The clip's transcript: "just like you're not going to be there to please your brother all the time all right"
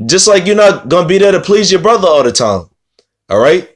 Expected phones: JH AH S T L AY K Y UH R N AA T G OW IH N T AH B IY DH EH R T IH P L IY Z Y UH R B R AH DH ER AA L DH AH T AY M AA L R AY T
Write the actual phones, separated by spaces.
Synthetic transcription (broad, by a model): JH AH S T L AY K Y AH R N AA T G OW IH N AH B IY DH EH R T IH P L IY Z Y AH R B R AH DH ER AA L DH AH T AY M AA L R AY T